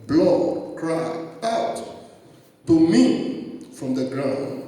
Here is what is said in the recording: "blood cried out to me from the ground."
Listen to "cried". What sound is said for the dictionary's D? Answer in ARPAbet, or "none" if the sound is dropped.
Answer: none